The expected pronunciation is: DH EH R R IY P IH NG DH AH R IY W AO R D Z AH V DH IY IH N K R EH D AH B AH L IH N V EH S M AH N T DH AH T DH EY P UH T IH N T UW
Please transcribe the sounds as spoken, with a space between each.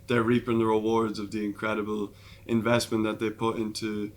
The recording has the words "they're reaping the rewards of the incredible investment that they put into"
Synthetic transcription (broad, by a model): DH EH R R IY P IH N DH AH R IY W AO R D Z AH V DH IY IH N K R EH D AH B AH L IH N V EH S M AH N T DH AH T DH EY P UH T IH N T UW